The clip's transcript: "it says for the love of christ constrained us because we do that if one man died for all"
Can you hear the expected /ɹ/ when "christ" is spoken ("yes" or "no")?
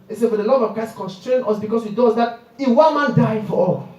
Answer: no